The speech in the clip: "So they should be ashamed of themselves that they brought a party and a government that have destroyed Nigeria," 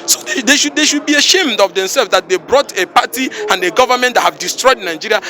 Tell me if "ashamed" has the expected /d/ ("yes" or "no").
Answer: yes